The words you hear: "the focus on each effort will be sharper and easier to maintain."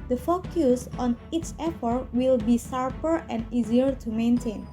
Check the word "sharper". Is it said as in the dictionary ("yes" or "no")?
no